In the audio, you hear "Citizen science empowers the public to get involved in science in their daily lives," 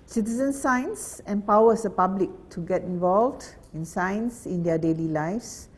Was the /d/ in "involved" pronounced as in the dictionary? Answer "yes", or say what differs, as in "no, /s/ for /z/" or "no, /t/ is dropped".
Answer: yes